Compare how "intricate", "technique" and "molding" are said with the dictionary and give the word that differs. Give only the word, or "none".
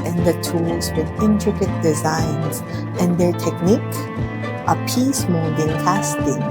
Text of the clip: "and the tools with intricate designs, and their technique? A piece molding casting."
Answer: molding